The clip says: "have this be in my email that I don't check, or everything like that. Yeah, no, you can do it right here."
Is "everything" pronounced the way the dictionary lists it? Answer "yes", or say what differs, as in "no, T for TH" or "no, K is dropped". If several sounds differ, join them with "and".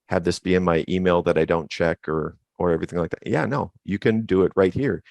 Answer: yes